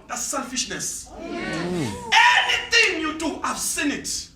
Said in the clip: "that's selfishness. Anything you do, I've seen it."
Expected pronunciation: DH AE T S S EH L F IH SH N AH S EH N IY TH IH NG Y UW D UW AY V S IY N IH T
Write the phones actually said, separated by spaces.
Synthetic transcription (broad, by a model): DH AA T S S EH L F IH SH N AH S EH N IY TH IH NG Y UW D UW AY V S IY N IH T